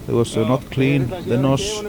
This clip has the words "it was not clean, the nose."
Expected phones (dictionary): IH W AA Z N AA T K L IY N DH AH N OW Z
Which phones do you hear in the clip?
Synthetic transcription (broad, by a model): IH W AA S N AA T K L IY N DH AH N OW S